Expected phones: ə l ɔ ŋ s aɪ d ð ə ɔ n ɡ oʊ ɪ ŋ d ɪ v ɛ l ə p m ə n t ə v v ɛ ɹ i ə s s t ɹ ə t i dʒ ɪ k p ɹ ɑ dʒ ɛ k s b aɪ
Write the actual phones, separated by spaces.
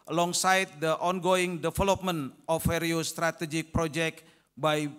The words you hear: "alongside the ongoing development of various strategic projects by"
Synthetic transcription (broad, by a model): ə l ɔ ŋ s aɪ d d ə ɔ n ɡ oʊ ɪ ŋ d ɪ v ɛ l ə p m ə n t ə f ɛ ɹ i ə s s t ɹ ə t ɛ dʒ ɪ k p ɹ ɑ dʒ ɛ k b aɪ